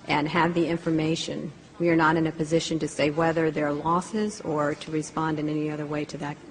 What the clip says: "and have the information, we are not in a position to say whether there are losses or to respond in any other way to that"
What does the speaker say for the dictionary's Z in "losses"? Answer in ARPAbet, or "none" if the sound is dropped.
Z